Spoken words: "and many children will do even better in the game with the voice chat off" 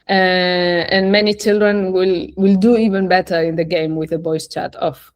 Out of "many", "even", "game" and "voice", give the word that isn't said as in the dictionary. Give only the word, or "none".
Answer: voice